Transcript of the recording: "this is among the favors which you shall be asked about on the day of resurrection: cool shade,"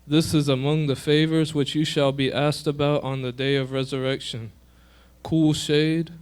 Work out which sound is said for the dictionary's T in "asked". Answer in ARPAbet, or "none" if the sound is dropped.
T